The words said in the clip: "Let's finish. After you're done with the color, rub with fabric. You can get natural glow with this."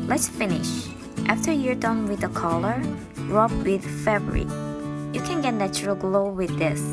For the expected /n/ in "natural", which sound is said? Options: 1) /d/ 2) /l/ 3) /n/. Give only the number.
3